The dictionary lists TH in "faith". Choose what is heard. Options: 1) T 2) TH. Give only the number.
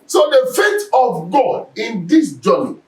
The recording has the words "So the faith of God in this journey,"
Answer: 1